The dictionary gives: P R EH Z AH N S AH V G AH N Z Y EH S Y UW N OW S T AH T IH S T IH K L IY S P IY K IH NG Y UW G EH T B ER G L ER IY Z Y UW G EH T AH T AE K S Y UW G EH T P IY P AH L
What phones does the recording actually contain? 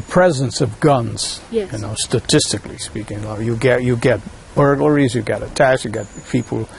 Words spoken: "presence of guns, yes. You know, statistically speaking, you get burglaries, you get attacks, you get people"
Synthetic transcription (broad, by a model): P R EH Z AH N S AH V G AH N Z Y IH N OW S T AH T IH S T IH K L IY S P IY K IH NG Y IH G EH T B ER G L ER IY Z Y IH G EH T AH T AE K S Y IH G EH T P IY P L